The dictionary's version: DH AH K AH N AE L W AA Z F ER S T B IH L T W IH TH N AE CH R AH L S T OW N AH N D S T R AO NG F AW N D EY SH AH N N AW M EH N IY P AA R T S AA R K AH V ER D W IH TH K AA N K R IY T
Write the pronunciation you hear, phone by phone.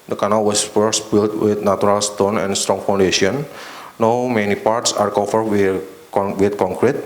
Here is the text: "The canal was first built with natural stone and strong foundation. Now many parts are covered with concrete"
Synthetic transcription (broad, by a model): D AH K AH N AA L W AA S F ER S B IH L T W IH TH N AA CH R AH L S T OW N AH N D S T R AO NG F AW N D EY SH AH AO N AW M EH N IY P AA R T S AA R K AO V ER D W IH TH K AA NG K R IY T